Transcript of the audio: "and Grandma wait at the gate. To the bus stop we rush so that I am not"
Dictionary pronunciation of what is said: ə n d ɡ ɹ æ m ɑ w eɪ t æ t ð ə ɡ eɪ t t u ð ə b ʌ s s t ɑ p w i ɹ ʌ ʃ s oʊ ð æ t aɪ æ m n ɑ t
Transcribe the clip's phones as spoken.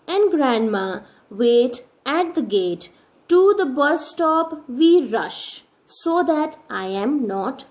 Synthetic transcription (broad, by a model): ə n d ɡ ɹ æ m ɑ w eɪ t æ t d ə ɡ eɪ t t u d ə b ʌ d s t ɑ p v i ɹ ʌ ʃ s oʊ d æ t aɪ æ m n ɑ t